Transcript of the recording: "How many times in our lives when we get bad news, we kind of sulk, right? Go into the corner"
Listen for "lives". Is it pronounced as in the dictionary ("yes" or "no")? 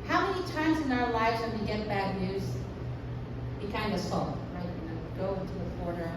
yes